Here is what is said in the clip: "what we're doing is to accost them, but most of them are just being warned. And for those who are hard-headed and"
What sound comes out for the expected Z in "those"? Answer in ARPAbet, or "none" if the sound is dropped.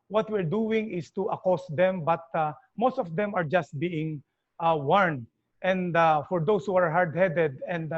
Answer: S